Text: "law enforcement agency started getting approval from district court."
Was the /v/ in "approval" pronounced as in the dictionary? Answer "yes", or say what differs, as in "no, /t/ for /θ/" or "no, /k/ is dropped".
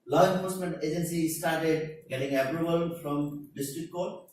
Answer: no, /b/ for /v/